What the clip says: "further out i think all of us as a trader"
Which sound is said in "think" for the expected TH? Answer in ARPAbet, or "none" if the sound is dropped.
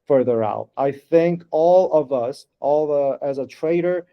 TH